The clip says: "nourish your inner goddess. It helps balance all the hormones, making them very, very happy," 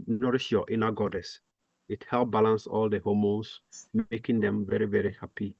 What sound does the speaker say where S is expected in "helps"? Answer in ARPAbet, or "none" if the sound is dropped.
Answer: none